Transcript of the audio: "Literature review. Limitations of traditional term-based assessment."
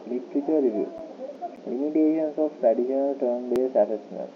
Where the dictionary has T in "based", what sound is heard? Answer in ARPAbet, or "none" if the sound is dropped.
none